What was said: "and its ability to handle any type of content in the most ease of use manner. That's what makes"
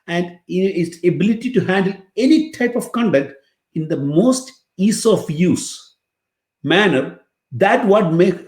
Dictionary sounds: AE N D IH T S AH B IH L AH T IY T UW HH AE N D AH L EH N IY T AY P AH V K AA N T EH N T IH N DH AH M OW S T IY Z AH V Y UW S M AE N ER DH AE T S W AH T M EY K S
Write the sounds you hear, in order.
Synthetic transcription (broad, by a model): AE N D IH T S AH B IH L AH T IY T UW HH AE N D AH L EH N IY T AY P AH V K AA N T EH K T IH N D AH M OW S T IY S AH F Y UW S M AE N ER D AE T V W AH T M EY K